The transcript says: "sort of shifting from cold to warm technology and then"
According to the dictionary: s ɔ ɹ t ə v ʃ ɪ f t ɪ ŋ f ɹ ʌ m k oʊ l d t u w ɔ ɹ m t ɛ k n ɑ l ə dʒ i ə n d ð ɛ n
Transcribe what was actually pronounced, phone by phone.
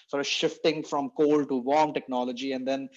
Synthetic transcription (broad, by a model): s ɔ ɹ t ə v ʃ ɪ f t ɪ ŋ f ɹ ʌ m k oʊ l d t u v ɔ ɹ m t ɛ k n ɑ l ə dʒ i ə n d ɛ n